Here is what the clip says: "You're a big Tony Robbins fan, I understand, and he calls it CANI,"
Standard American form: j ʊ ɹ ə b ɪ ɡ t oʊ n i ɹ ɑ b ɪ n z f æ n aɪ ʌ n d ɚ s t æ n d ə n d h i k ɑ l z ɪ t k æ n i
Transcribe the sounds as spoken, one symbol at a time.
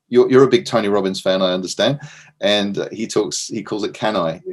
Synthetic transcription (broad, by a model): j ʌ ɹ ə b ɪ ɡ t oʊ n i ɹ ɑ b ɪ n z f æ n aɪ ʌ n d ɚ s t æ n d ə n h h i k ɑ l z ɪ t k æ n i